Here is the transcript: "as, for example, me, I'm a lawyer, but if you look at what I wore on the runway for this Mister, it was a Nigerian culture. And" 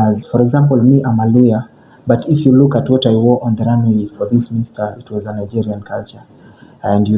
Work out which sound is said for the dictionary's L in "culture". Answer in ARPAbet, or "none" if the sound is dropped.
L